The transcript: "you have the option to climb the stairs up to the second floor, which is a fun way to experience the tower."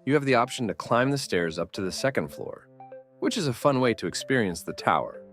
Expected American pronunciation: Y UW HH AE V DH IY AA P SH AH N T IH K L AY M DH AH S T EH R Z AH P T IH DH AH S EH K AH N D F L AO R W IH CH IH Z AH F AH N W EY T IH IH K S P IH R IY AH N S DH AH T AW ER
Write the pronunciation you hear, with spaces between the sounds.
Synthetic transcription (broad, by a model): Y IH V DH IY AA P SH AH N T IH K L AY M DH AH S T EH R Z AH P T IH DH AH S EH K AH N D F L AO R W IH CH IH Z AH F AH N W EY T IH IH K S P IH R IY AH N S DH AH T AW ER